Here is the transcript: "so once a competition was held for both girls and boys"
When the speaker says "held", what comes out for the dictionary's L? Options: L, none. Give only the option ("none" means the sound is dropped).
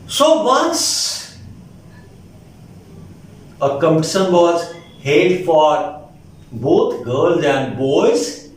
none